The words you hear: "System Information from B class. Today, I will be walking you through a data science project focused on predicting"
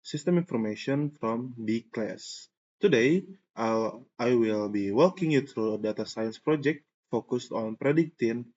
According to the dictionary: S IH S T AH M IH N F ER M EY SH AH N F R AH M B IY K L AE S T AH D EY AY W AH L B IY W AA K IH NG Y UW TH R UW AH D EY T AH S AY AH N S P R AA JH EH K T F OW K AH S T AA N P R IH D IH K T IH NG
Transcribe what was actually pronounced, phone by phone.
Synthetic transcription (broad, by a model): S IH S T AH M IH N F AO M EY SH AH N F R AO M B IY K L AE S T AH D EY AY W AH L B IY W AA K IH NG Y UW T R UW AH D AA T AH S AY AH N S P R AA JH EH K T F OW K AH S T AA N P R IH D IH K T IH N